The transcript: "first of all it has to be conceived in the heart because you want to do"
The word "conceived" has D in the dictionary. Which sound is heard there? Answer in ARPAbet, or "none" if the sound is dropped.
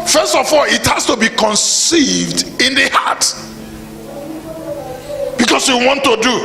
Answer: D